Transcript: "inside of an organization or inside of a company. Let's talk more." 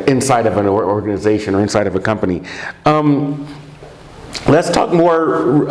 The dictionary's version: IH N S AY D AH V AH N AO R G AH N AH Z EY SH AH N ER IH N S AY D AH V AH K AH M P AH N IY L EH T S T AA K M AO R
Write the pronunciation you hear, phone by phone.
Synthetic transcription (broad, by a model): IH N S AY D AH V AH N AO R G AH N AH Z EY SH AH N ER IH N S AY D AH V AH K AH M P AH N IY L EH T S T AA K M AO R